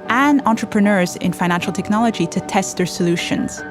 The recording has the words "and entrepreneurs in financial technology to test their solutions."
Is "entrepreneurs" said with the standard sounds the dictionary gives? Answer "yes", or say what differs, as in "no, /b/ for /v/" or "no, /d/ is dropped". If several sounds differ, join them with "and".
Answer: yes